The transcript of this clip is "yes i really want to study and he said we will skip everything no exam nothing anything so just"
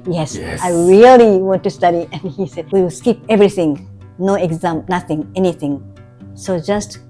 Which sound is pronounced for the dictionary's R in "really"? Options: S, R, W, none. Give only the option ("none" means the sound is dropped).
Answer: R